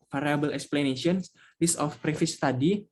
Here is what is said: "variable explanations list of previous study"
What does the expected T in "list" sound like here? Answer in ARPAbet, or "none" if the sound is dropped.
none